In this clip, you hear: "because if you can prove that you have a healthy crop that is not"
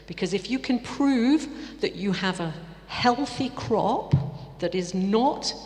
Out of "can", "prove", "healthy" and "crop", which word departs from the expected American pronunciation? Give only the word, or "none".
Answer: none